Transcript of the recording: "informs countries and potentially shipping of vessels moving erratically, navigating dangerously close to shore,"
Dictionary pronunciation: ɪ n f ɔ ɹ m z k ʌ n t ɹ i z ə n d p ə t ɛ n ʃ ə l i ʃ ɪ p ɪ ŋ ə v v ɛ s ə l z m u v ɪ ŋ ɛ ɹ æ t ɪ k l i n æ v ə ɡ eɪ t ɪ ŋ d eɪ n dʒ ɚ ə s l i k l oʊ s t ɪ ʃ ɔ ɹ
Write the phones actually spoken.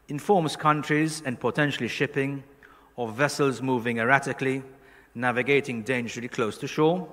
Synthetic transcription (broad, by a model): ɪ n f ɔ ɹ m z k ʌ n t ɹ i z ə n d p ə t ɛ n ʃ ə l i ʃ ɪ p ɪ ŋ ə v v ɛ s ə l z m u v ɪ ŋ ɛ ɹ æ t ɪ k l i n æ v ə ɡ eɪ t ɪ ŋ d eɪ n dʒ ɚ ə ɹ l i k l oʊ s t ɪ ʃ ɔ ɹ